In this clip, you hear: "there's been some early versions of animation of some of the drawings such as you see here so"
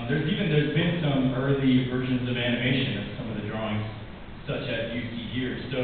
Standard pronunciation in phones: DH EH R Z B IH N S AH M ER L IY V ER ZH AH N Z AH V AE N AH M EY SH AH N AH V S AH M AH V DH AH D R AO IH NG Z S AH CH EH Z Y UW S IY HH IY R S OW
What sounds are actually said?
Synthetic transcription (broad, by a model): DH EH R Z B IH N S AH M ER L IY V ER ZH AH N Z AH V AE N AH M EY SH AH N AH V S AH M AH V DH AH D R AO IH NG Z S AH CH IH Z Y UW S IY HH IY R S OW